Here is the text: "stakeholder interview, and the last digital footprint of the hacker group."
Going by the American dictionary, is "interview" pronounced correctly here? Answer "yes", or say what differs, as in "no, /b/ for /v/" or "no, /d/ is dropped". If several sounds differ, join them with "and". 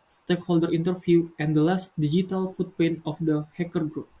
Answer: no, /f/ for /v/